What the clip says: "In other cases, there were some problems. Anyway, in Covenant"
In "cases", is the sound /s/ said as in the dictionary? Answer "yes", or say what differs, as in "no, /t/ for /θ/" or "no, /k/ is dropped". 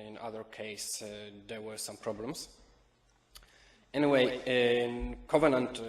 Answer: no, /s/ is dropped